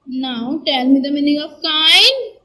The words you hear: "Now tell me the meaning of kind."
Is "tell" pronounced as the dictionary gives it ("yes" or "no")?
no